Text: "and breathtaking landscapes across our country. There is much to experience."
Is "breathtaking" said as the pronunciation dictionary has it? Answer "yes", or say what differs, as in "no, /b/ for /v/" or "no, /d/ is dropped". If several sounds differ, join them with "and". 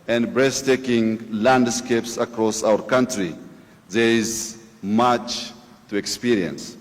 no, /s/ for /θ/